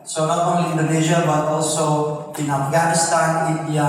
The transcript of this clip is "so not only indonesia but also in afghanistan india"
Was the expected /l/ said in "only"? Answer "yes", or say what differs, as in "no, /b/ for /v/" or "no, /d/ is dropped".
no, /l/ is dropped